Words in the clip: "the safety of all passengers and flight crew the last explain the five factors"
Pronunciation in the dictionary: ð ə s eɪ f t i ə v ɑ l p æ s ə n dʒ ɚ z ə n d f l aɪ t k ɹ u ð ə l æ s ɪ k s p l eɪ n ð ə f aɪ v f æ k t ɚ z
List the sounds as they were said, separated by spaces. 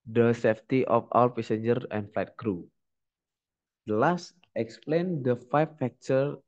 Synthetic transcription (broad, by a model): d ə s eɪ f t i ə f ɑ w p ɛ s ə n dʒ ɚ ə n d f l aɪ t k ɹ u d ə l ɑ s ɪ k s p l eɪ n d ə f aɪ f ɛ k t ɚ